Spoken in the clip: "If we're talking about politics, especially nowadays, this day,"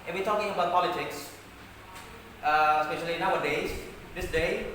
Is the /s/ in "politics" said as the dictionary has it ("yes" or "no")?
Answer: yes